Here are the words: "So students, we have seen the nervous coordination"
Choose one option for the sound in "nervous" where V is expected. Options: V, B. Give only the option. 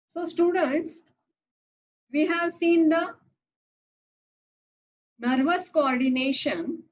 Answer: V